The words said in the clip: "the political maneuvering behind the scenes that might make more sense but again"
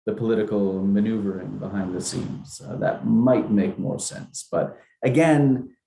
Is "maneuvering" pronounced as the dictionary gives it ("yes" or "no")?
yes